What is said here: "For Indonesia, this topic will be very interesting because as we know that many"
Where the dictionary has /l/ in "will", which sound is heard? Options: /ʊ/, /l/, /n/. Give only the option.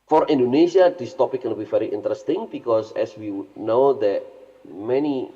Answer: /n/